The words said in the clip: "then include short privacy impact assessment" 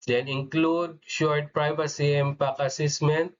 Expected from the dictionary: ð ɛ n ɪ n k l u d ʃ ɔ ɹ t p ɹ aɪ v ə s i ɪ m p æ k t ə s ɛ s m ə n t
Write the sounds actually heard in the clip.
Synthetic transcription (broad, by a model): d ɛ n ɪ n k l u d ʃ ɔ ɹ t p ɹ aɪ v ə s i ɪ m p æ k ə s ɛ s m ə n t